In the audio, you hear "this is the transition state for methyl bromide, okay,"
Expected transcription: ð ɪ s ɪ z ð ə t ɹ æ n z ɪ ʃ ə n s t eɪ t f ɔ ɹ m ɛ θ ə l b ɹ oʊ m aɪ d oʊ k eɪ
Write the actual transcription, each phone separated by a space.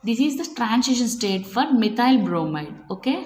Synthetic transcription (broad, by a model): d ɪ s ɪ z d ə t ɹ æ n s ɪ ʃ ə n s t eɪ t f ɔ ɹ m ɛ t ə l b ɹ oʊ m aɪ d oʊ k eɪ